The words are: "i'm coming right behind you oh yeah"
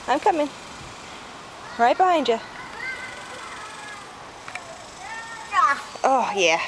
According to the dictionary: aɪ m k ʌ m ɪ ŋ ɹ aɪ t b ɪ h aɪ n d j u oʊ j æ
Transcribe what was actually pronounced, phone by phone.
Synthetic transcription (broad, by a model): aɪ m k ʌ m ɪ ŋ ɹ aɪ t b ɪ h aɪ n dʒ j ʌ oʊ j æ